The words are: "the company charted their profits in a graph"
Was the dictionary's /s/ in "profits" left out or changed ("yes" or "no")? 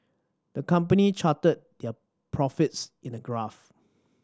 no